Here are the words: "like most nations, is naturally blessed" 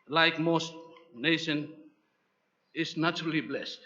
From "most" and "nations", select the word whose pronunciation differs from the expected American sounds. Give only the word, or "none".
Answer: nations